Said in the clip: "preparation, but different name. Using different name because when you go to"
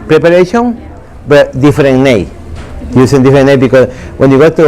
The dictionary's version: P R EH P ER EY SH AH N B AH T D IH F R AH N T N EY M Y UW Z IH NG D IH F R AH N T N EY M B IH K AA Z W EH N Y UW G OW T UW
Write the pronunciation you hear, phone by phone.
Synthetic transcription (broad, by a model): P R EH P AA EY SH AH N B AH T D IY F R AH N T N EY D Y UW S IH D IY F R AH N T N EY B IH K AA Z W EH N Y UW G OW T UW